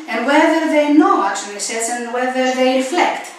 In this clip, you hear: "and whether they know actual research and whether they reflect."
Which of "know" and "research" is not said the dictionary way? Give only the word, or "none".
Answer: research